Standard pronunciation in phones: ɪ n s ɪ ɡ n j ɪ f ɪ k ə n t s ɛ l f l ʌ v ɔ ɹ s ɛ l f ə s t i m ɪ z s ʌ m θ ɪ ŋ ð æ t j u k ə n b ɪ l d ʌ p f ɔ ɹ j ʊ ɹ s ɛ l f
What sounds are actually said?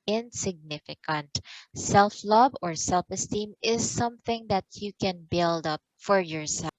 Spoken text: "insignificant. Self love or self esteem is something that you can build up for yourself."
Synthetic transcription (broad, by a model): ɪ n s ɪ ɡ n ɪ f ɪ k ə n t s ɛ l f l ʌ b ɔ ɹ s ɛ l f ə s t i m ɪ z s ʌ m θ ɪ ŋ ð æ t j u k ə n b ɪ l d ʌ p f ɔ ɹ j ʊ ɹ s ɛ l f